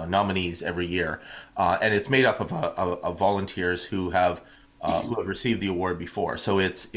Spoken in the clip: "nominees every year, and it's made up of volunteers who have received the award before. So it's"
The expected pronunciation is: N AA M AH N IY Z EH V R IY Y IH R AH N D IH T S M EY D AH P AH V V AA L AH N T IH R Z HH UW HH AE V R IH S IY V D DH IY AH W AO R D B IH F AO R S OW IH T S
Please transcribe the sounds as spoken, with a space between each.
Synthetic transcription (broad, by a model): N AA M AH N IY Z EH V R IY Y IH R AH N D IH T S M EY D AH P AH V V AA L AH N T IH R Z HH UW HH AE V R IH S IY V D DH IY AH W AO R D B IH F AO R S OW IH T S